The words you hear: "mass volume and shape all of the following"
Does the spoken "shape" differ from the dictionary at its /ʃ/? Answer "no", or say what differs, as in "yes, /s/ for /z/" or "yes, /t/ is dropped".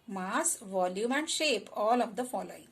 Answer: no